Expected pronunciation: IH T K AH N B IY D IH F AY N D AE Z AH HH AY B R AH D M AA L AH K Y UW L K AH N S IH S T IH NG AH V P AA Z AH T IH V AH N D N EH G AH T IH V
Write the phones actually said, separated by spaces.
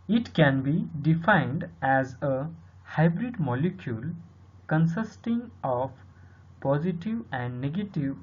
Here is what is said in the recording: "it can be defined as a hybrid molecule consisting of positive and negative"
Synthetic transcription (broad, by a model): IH T K AH N B IY D IH F AY N D AE Z AH HH AY B R AH D M AA L AH K Y UW L K AH N S IH S T IH NG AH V P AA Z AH T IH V AH N D N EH G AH T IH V